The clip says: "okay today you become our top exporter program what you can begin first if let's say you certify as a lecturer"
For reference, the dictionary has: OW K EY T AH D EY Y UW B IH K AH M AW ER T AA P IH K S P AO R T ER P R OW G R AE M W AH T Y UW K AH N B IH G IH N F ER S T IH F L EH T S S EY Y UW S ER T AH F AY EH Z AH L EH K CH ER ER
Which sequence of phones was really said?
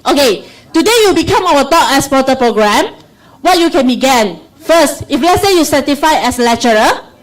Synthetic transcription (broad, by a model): OW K EY T AH D EY Y UW B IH K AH M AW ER T AA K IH S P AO T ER P R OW G R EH M W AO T Y UW K AH N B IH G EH N F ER S T IH F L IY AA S S EY Y UW S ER T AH F AY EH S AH L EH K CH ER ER